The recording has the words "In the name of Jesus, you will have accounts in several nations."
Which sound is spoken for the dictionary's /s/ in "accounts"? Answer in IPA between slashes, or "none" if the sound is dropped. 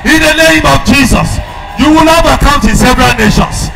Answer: none